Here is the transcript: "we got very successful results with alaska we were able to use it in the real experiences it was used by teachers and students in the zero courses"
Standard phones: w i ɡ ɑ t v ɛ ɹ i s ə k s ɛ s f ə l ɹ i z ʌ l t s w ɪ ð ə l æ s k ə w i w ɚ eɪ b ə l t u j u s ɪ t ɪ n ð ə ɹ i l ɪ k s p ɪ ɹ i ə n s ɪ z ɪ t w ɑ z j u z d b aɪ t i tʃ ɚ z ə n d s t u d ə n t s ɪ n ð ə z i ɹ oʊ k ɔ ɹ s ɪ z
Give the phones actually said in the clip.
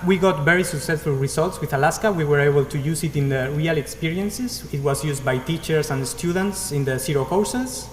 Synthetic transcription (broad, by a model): w i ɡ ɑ t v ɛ ɹ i s ə k s ɛ s f ə l ɹ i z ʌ l t s w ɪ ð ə l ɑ s k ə w i w ɚ eɪ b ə l t u j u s ɪ t ɪ n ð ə ɹ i l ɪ k s p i ɹ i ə n s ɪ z ɪ t w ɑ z j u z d b aɪ t i tʃ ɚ s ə n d s t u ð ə n t s ɪ n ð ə s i ɹ oʊ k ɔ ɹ s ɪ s